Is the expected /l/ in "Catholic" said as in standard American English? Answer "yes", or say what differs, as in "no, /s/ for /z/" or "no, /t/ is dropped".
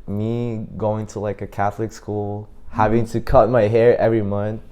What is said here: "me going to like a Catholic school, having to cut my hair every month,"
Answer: yes